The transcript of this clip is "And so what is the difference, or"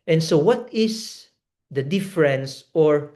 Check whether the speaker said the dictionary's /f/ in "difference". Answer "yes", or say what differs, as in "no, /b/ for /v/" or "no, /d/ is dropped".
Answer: yes